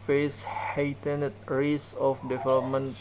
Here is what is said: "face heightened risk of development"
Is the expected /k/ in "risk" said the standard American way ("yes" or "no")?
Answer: no